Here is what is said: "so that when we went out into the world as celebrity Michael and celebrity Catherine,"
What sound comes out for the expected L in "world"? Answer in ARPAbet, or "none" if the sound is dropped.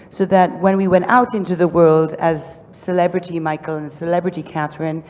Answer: L